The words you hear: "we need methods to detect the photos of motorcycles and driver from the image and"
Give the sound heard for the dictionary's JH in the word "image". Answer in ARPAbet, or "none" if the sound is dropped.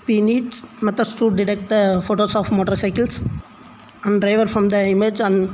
JH